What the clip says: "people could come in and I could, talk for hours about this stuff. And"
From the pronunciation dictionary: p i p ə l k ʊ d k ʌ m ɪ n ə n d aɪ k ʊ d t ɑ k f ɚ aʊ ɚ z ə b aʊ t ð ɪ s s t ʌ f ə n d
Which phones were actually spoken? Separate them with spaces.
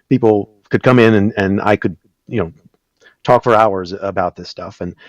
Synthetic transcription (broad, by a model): p i p l k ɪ d k ʌ m ɪ n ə n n aɪ k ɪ d t ɑ k f ɚ aʊ ɚ z ə b aʊ t ð ɪ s s t ʌ f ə n